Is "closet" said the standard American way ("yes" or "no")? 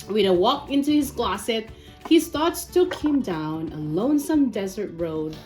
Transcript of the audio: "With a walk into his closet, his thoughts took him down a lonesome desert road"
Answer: no